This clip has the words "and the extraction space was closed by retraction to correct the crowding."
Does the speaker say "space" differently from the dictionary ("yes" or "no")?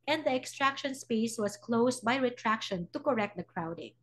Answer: no